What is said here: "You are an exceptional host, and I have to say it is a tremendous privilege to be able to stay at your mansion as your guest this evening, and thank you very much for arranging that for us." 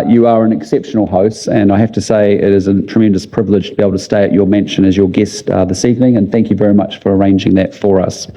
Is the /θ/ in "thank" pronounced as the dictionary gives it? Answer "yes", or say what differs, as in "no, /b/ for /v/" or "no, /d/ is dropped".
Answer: yes